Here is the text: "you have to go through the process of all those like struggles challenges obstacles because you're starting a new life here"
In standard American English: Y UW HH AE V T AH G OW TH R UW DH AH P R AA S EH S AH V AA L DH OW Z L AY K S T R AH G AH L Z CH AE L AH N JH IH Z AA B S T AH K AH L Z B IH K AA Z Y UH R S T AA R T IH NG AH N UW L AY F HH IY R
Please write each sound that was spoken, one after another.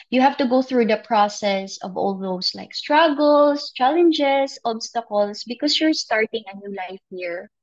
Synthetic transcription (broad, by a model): Y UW HH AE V T AH G OW TH R UW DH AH P R AA S EH S AH V AA L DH OW S L AY K S T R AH G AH L S CH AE L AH N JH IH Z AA B S T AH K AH L S B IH K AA S Y UH R S T AA R T IH NG AH N UW L AY F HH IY R